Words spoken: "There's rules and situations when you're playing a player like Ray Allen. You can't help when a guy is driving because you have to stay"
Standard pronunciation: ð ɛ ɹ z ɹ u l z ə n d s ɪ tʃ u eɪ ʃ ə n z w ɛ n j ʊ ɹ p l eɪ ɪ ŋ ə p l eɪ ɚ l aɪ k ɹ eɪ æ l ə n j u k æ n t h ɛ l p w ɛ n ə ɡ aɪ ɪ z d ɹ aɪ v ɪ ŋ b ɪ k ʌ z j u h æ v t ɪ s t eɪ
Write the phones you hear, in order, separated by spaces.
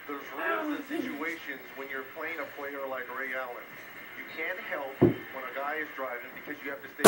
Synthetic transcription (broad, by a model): ð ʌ ɹ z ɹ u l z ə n s ɪ tʃ u eɪ ʃ ə n z w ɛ n j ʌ ɹ p l eɪ ɪ ŋ ə p l eɪ ɚ l aɪ k ɹ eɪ æ l ə n j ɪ k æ n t h ɛ l p w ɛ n ə ɡ aɪ ɪ z d ɹ aɪ v ɪ ŋ b ɪ k ʌ z j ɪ h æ f t ɪ s t eɪ